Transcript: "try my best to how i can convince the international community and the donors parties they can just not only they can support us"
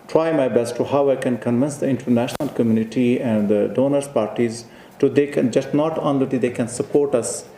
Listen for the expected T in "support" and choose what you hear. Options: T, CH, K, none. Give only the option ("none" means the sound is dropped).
T